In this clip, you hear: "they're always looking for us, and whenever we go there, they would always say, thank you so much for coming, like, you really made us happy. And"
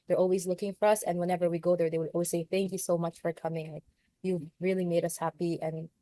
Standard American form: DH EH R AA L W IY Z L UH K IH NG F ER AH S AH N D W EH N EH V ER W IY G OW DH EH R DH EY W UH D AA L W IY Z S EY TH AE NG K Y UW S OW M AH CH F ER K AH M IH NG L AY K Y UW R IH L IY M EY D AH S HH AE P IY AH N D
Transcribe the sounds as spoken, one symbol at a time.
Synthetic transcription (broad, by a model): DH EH R AA L W IY Z L UH K IH NG F ER AH S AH N W EH N EH V ER W IY G OW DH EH R DH EY W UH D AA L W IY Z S EY TH AE NG K Y UW S OW M AH CH F ER K AH M IH NG L AY K Y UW R IH L IY M EY D AH S HH AE P IY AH N